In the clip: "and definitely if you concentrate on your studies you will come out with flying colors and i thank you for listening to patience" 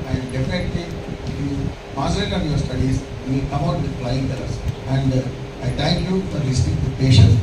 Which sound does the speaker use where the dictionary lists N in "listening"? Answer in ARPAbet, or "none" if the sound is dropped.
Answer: none